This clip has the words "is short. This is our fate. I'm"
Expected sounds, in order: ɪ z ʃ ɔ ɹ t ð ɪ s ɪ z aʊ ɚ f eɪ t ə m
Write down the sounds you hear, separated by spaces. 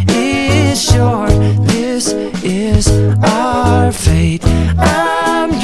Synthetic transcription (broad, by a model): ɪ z ʃ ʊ ɹ ð ɪ s ɪ z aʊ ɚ f eɪ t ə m